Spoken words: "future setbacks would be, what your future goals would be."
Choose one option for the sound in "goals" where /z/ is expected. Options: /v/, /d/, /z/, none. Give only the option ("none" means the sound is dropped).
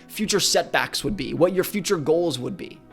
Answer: /z/